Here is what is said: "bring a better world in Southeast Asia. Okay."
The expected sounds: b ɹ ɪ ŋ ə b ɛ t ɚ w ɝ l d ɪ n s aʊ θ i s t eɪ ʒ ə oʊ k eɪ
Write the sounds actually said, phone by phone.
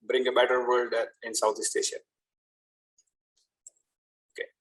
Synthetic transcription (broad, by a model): b ɹ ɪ ŋ ə b ɛ t ɚ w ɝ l d ɪ n s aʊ t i s t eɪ ʃ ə oʊ k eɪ